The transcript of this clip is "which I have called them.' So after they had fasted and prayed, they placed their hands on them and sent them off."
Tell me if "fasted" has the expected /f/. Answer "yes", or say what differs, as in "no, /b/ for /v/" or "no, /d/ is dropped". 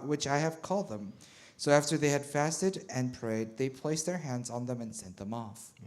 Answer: yes